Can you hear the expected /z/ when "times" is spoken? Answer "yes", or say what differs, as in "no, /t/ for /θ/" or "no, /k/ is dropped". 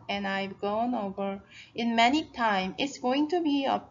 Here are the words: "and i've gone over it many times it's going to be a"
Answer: no, /z/ is dropped